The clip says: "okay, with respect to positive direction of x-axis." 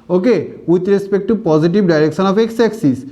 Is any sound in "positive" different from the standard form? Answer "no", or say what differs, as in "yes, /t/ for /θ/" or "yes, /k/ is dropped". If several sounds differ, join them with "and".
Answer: yes, /b/ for /v/